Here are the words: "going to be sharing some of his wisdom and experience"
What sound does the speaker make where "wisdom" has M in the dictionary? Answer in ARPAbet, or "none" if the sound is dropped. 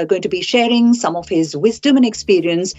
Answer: M